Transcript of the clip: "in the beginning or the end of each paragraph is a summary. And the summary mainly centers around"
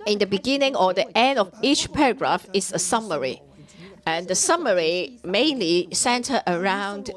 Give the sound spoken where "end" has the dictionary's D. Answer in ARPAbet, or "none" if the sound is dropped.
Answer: D